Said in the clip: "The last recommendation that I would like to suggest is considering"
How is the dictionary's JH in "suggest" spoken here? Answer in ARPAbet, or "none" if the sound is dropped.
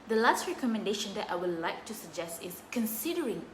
JH